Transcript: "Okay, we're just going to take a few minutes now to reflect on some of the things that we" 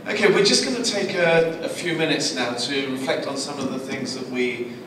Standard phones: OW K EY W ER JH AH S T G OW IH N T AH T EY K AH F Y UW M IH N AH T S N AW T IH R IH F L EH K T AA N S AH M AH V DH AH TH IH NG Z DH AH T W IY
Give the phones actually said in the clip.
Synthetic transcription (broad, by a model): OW K EY W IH JH AH S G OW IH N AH T EY K AH F Y UW M IH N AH T S N AW T IH R IH F L EH K T N S AH M AH V DH AH TH IH NG Z DH AH T W IY